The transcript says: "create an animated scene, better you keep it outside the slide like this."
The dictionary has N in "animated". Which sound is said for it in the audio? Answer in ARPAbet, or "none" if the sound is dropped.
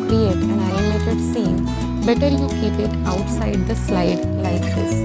none